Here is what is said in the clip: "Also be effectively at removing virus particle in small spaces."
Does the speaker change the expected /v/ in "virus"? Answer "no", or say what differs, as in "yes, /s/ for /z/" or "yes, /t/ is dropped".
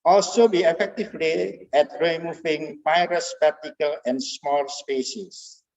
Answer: yes, /p/ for /v/